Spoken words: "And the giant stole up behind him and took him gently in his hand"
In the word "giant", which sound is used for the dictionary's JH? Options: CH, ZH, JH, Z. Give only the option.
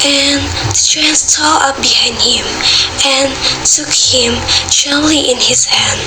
CH